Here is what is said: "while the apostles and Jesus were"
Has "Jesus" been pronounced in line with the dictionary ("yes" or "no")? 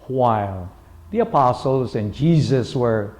yes